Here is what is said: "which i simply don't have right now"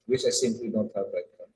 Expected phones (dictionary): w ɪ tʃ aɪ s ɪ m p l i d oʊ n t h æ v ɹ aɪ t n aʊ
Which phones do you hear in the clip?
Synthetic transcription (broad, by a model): w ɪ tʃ aɪ s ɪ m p l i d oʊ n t h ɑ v l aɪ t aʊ